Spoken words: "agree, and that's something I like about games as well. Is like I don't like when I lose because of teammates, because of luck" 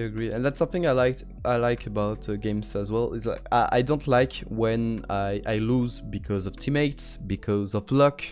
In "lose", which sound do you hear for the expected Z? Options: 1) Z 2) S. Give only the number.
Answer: 1